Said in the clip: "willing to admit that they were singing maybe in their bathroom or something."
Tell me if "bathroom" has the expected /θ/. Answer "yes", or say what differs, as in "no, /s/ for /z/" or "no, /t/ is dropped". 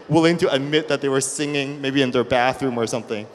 yes